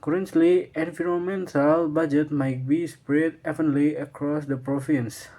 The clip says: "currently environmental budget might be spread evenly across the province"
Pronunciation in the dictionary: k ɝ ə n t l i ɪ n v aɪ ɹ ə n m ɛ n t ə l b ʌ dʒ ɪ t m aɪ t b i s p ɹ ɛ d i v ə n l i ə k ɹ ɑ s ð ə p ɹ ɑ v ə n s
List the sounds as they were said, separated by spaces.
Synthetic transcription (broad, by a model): k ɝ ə n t l i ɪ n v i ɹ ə m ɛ n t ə l b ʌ dʒ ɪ t m aɪ t b i s p ɹ ɛ d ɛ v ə n l i ə k ɹ ɑ s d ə p ɹ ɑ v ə n s